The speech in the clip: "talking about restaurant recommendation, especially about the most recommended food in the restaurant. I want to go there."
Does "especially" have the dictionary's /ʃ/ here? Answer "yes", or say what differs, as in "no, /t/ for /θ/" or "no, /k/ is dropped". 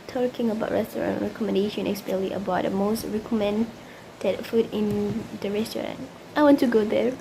no, /ʃ/ is dropped